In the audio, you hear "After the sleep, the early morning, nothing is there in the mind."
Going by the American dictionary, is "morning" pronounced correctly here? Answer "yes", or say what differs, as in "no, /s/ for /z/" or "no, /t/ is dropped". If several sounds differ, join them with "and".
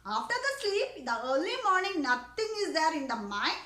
yes